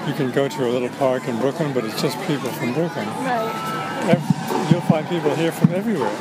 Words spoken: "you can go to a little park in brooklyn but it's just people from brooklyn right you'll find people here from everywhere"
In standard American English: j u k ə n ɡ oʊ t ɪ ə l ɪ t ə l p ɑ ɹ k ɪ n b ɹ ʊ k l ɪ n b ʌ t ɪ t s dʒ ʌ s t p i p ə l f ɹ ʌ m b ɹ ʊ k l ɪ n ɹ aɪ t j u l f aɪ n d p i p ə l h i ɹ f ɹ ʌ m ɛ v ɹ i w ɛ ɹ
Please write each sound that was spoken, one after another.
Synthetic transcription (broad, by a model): j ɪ k ə n ɡ oʊ t ɪ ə l ɪ t l p ɑ ɹ k ɪ n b ɹ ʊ k ɪ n b ʌ t ɪ t s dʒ ʌ s p i p l f ɹ ʌ m b ɹ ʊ k ɪ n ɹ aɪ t j u l f aɪ n p i p l h i ɹ f ɹ ʌ m ɛ v ɹ i w ɛ ɹ